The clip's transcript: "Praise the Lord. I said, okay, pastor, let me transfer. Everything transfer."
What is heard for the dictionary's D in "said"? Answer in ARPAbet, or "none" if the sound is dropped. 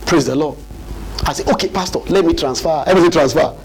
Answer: none